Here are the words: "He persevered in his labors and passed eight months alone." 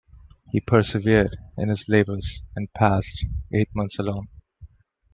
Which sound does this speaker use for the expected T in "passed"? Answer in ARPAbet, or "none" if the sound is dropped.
T